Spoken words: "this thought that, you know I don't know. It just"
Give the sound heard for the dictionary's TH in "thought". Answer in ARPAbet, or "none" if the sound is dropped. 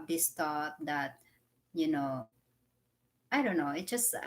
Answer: T